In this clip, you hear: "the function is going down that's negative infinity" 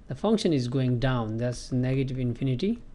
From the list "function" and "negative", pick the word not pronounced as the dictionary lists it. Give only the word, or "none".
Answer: none